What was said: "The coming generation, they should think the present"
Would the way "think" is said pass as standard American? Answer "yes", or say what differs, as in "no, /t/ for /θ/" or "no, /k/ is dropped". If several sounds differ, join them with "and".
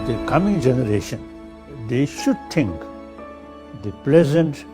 no, /t/ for /θ/